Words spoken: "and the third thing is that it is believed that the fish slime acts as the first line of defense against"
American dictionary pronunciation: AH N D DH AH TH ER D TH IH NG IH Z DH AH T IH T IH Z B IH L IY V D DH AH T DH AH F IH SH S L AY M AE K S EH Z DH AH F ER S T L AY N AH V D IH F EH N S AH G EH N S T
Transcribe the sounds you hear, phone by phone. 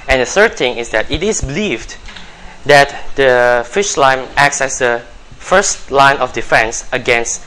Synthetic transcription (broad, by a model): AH N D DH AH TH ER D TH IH NG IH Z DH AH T IH T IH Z B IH L IY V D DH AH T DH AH F IH SH L AY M AE K S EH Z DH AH F ER S T L AY N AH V D IH F EH N S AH G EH N S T